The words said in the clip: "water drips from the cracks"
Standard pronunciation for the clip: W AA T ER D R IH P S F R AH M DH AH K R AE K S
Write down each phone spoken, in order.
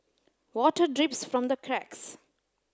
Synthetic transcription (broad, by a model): W AA T ER D R IH P S F R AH M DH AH K R AE K S